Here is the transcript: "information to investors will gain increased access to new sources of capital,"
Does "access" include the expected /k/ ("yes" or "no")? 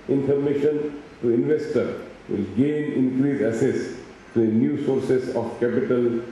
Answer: no